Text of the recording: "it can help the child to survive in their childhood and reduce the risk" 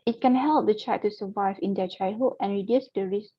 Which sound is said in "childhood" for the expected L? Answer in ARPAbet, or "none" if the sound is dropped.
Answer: none